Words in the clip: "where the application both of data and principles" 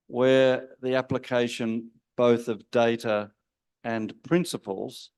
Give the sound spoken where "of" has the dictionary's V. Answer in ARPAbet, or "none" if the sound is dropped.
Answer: V